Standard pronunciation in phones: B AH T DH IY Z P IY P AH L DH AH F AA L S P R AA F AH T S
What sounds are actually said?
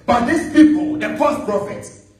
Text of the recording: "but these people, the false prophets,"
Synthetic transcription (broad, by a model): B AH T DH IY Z P IY P AH L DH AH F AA S P R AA F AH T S